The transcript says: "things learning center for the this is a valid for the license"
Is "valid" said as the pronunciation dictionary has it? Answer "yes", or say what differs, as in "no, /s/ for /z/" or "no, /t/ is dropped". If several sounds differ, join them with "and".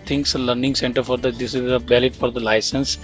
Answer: no, /b/ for /v/